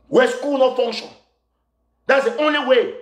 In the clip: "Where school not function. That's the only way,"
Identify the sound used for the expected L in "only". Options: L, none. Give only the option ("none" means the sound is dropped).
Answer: L